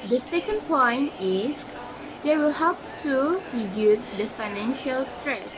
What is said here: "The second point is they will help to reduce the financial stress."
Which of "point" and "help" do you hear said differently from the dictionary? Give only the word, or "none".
help